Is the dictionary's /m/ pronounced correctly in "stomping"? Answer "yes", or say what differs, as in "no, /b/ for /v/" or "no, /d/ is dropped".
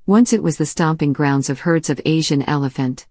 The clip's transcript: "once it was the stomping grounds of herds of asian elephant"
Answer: yes